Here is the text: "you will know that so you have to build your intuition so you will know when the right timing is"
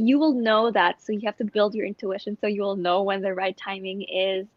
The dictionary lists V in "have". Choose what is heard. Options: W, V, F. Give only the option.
F